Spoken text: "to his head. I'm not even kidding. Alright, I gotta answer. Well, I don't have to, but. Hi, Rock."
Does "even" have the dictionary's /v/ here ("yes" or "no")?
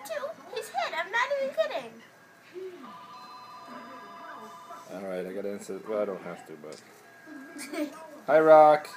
no